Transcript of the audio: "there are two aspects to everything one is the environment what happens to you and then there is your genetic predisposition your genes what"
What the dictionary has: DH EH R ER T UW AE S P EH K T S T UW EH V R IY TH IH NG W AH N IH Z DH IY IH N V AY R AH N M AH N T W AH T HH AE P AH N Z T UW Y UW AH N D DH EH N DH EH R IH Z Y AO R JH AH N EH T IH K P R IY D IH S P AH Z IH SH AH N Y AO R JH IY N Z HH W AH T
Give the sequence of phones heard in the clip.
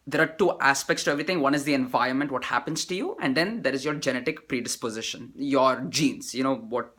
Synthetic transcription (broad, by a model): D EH R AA T UW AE S P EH K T S T UW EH V R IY T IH NG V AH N IH Z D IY IH N V AY R AH N M AH N T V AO T HH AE P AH N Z T UW Y UW AH N D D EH N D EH R IH Z Y AO R JH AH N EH T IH K P R IY D IH S P AH Z IH SH AH N Y AO R JH IY N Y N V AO T